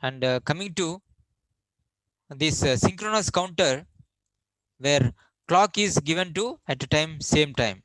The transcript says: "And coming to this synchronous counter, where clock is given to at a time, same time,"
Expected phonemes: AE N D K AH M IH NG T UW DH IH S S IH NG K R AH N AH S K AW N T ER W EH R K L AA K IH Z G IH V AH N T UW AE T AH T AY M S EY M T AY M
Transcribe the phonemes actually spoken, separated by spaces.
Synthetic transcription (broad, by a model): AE N D K AH M IH NG T UW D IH S S IH NG K R AH N AH S K AW N T ER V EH R K L AA K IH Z G IH V AH N T UW AE T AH T AY M S EY M T AY M